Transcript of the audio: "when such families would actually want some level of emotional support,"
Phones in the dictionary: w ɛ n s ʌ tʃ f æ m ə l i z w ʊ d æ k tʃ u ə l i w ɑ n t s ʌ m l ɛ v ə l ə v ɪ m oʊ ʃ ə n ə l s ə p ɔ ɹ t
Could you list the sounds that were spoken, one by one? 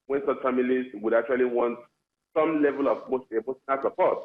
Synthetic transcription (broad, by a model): w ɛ n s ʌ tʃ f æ m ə l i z w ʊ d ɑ k tʃ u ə l i w ɑ n t s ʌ m l ɛ v ə l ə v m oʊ s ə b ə n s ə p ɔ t